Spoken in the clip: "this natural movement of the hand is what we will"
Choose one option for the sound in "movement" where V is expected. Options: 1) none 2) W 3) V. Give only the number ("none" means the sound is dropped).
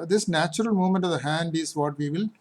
1